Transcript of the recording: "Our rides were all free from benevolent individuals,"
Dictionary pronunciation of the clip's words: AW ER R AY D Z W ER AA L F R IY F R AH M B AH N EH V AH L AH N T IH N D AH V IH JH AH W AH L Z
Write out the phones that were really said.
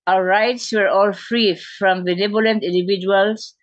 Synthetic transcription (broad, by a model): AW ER R AY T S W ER AA L F R IY F R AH M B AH N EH B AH L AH N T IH N D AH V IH JH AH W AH L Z